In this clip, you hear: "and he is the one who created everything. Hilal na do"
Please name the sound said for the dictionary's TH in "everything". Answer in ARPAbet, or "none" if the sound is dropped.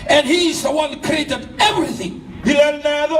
TH